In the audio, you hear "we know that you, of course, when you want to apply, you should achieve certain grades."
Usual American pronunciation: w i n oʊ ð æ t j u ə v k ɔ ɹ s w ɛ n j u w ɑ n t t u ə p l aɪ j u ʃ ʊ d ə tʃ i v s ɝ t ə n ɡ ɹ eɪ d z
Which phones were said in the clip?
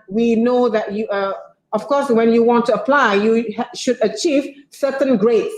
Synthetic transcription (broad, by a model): w i n oʊ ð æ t j u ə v k ɔ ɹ s w ɛ n j u w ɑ n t t u ə p l aɪ j u ʃ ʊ d ə tʃ i v s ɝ t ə n ɡ ɹ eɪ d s